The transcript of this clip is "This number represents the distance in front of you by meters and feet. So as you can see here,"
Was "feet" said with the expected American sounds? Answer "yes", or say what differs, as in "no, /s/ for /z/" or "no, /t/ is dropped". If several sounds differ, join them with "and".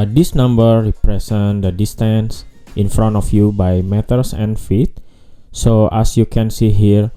yes